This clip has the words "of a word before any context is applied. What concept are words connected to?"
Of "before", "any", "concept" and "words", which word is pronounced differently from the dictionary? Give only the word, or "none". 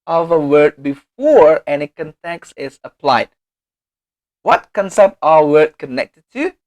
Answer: words